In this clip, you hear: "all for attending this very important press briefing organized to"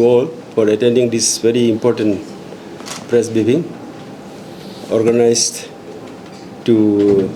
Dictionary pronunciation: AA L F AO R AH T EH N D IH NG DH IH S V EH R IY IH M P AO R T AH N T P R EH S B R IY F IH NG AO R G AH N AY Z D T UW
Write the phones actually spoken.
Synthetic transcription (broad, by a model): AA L F AO R AH T EH N D IH NG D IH S V EH R IY IH M P AO R T AH N T P R EH S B IY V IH NG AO R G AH N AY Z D T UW